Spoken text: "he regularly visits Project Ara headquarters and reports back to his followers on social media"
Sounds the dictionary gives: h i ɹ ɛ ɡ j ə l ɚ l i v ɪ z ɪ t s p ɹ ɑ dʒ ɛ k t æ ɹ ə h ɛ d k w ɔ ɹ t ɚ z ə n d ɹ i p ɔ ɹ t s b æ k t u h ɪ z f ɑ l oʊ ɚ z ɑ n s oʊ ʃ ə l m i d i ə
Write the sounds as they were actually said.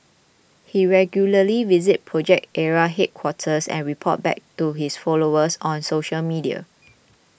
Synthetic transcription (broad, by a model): h i ɹ ɛ ɡ j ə l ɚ l i v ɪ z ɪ t p ɹ ɑ dʒ ɛ k t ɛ ɹ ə h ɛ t k w ɔ t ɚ s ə n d ɹ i p ɔ t b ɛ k t u h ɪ s f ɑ l oʊ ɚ s ɑ n s oʊ ʃ ə l m i d i ə